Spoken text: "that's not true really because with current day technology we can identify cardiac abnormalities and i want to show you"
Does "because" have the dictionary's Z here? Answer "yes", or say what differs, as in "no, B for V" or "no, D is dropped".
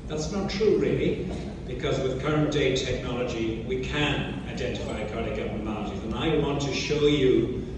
yes